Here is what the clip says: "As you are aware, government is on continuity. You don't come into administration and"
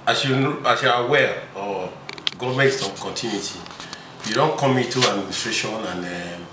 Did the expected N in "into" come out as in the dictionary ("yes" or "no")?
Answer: no